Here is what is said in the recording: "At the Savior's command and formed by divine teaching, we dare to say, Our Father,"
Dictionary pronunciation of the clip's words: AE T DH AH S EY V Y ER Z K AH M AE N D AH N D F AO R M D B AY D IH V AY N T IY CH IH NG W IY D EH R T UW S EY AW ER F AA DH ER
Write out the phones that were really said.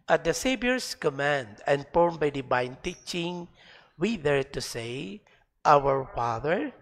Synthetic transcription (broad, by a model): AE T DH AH S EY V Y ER S K AH M AE N D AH N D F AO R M B AY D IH B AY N T IY CH IH NG W IY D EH R T UW S EY AW ER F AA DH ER